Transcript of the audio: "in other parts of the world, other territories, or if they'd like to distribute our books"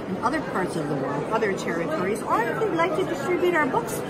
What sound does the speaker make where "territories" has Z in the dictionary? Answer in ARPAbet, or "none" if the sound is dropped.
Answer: Z